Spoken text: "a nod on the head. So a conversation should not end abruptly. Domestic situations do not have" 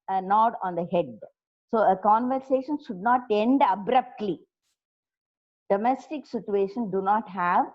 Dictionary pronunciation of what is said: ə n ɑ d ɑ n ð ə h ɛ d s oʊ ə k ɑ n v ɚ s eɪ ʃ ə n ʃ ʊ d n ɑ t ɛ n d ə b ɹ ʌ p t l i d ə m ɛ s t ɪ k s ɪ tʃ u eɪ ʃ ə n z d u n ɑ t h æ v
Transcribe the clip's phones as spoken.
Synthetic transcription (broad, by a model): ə n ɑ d ɑ n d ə h ɛ d s oʊ ə k ɑ n v ɚ s eɪ ʃ ə n ʃ ʊ d n ɑ t ɛ n d ə b ɹ ʌ p t l i d ə m ɛ s t ɪ k s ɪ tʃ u eɪ ʃ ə n d u n ɑ t h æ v